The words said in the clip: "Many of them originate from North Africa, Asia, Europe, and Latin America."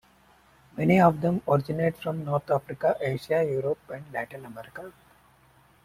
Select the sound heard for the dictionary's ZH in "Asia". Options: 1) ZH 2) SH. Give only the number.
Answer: 2